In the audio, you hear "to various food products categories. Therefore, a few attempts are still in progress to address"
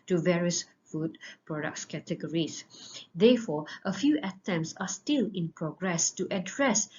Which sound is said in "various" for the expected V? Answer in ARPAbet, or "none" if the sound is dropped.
V